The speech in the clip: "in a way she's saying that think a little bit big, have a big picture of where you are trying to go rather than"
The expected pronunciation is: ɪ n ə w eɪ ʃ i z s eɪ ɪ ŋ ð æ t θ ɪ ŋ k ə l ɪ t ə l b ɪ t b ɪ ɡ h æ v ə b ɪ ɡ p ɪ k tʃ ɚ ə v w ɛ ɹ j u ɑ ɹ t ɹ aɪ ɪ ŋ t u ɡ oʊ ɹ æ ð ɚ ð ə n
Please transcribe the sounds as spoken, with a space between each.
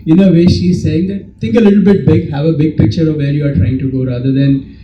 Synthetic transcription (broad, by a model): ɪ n ə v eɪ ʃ i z s eɪ ɪ ŋ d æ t t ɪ ŋ k ə l ɪ t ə l b ɪ t b ɪ ɡ h æ v ə b ɪ ɡ p ɪ k tʃ ɚ ə v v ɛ ɹ j u ɑ ɹ t ɹ aɪ ɪ ŋ t u ɡ oʊ ɹ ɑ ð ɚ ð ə n